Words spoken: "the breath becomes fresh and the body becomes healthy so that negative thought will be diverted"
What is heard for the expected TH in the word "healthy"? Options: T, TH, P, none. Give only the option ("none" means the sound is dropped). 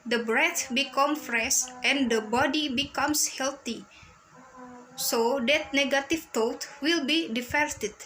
T